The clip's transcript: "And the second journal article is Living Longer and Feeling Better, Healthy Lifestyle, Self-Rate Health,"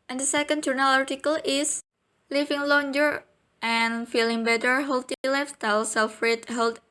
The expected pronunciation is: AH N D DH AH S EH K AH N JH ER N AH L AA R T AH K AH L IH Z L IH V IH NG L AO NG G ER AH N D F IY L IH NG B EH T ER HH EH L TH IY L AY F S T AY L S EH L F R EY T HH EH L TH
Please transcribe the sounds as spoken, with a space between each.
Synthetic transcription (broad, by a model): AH N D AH S EH K AH N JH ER N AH L AA R T AH K AH L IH S L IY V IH NG L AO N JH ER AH N F IY L IH NG B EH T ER HH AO L T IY L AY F T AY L S EH L F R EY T HH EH L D